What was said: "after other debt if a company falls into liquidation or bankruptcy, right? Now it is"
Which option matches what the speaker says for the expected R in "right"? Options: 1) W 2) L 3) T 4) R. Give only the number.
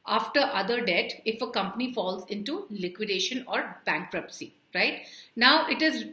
4